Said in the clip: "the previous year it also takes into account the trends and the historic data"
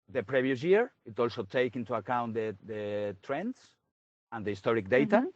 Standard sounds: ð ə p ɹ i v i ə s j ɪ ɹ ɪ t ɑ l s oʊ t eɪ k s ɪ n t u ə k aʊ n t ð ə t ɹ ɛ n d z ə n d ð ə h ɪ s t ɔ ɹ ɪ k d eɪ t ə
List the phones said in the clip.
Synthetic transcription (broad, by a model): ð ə p ɹ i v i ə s j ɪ ɹ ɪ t ɑ l s oʊ t eɪ k ɪ n t u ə k aʊ n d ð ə t ɹ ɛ n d s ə n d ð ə h ɪ s t ɔ ɹ ɪ k d eɪ t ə